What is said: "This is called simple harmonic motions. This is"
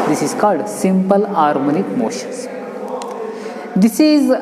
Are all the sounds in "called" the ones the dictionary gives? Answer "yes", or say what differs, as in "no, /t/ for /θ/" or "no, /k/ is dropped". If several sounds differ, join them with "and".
yes